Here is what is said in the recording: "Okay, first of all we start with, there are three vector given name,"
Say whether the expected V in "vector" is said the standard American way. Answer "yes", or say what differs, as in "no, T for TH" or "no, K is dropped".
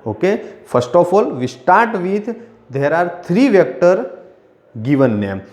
yes